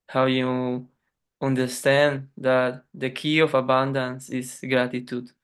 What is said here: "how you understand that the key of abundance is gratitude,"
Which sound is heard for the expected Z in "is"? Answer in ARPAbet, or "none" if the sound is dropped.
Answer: S